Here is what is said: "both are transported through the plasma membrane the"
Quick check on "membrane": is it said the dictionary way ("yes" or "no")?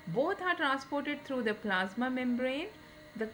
yes